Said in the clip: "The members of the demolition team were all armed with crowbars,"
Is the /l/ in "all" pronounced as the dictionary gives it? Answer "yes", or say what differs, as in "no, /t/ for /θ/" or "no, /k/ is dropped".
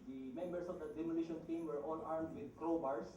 no, /n/ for /l/